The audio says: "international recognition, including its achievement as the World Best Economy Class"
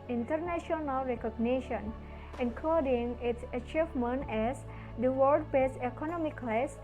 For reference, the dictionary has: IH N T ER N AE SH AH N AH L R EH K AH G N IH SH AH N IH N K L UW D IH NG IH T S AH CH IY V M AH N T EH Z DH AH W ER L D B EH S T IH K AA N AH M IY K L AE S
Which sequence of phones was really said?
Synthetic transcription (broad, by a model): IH N T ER N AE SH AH N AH L R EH K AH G N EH SH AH N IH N K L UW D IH NG IH T S AH CH IY V M AH N T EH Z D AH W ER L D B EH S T IH K AA N AH M IY K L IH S